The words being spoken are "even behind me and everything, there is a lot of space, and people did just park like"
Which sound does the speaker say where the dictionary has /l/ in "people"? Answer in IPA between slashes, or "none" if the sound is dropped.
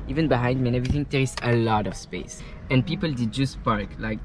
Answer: /l/